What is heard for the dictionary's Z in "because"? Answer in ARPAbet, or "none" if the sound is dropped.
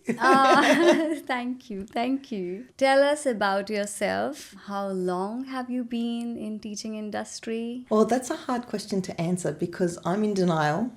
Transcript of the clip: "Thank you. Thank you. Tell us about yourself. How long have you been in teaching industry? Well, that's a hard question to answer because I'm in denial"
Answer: Z